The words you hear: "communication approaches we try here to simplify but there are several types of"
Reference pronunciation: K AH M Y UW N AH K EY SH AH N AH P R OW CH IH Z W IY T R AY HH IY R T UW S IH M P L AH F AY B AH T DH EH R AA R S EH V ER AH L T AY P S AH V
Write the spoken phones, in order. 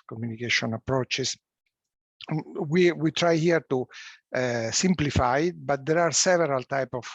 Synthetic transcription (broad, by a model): K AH M Y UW N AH K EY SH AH N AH P R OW CH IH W W IY T R AY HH IY R T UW S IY M P L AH F AY B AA T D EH R AA R S EH V ER AH L T AY P AH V